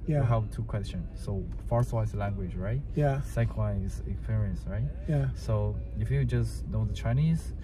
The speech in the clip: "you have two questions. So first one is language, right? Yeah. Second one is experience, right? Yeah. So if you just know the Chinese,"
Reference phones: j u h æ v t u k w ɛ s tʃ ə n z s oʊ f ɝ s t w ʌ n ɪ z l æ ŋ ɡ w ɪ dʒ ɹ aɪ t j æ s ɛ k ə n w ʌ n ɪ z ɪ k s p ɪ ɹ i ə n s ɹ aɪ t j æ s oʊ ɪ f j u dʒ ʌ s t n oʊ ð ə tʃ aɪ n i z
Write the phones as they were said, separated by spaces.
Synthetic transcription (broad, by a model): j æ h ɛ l t u k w ɛ s tʃ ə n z s oʊ f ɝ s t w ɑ ɪ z l æ ŋ ɡ w ɪ dʒ ɹ aɪ t j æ s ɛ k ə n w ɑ ɪ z ɪ k s p ɪ ɹ i ə n s ɹ aɪ t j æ s oʊ ɪ f j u dʒ ʌ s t n oʊ ð ə tʃ aɪ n i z